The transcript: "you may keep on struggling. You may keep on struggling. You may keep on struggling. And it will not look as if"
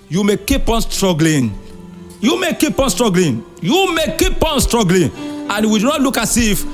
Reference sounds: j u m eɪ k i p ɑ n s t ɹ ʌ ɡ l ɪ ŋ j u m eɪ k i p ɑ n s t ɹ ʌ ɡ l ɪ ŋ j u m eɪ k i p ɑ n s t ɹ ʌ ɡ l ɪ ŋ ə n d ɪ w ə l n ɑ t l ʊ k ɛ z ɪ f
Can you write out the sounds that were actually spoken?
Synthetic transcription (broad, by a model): j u m eɪ k i p ɑ n s t ɹ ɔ ɡ l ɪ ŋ j u m eɪ k i p ɑ n s t ɹ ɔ ɡ l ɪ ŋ j u m eɪ k i p ɑ n s t ɹ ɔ ɡ l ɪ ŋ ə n w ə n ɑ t l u k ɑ s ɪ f